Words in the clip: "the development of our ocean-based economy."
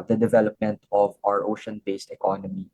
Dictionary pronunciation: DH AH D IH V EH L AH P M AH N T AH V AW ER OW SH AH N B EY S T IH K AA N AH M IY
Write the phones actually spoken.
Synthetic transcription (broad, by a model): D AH D IH V EH L AH P M AH N T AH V AW ER OW SH AH N B EY S T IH K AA N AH M IY